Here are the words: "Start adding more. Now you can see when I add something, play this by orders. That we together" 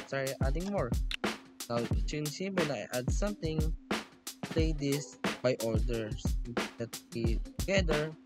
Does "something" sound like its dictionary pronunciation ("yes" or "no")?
no